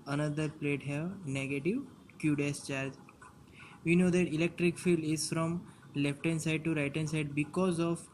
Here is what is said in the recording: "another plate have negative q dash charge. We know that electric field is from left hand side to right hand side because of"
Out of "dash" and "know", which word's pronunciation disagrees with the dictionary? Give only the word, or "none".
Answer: dash